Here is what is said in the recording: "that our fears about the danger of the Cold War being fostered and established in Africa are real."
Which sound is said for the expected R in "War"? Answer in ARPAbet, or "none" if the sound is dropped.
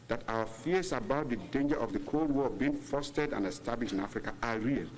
L